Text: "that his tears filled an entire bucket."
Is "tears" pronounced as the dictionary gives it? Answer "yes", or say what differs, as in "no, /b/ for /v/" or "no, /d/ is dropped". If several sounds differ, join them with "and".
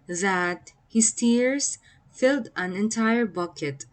no, /s/ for /z/